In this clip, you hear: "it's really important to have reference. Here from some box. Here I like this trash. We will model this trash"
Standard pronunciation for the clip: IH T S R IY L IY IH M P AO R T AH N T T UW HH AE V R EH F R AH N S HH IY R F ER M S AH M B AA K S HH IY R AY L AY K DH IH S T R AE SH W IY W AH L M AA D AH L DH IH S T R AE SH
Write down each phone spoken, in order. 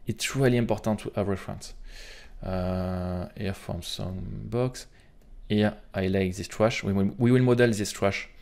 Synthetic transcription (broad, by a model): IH T S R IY L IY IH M P AO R T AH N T T UW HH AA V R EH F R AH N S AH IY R F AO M S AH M B AA K S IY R AY L AY K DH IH S T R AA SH W IY W AH L M AA D AH L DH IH S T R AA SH